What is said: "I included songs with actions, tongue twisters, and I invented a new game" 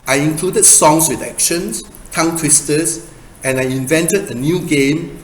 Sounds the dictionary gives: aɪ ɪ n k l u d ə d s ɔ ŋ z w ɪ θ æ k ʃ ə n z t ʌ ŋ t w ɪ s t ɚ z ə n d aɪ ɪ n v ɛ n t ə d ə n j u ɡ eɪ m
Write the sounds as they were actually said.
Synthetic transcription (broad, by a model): aɪ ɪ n k l u d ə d s ɔ ŋ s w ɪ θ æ k ʃ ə n s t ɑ ŋ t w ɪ s t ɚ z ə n aɪ ɪ n v ɛ n t ə d ə n j u ɡ eɪ m